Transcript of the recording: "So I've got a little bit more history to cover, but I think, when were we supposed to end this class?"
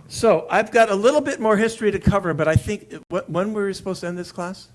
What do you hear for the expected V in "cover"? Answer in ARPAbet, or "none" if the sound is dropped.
V